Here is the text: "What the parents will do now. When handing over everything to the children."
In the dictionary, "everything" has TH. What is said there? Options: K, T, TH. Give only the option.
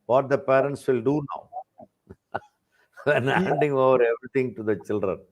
T